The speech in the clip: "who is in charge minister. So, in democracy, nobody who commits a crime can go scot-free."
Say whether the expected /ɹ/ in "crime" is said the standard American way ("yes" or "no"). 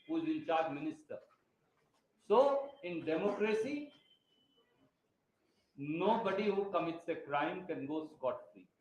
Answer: yes